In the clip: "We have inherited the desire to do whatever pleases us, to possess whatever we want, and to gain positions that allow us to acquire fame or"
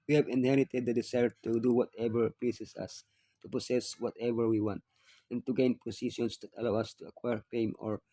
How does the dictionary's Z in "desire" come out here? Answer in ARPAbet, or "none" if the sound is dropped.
S